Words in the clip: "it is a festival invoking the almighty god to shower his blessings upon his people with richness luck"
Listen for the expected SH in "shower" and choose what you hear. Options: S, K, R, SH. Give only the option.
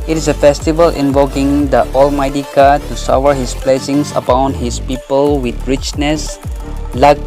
S